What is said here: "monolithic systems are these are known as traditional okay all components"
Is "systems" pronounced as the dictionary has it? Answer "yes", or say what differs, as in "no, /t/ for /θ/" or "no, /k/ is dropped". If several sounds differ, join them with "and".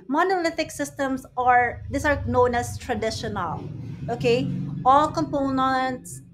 no, /s/ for /z/